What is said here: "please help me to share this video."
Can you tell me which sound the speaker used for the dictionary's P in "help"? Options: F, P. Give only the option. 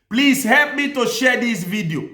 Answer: P